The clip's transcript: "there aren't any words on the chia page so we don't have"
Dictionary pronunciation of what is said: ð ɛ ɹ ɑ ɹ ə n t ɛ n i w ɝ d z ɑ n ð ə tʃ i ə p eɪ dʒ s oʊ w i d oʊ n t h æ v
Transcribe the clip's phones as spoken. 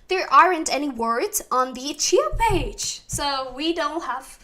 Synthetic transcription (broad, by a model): ð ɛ ɹ ɑ ɹ ə n t ɛ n i w ɝ d z n ð ə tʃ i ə p eɪ dʒ s oʊ w i d oʊ n t h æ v